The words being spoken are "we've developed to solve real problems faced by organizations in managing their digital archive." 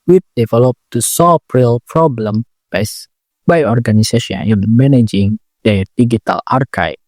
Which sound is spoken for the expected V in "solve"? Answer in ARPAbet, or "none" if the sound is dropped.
P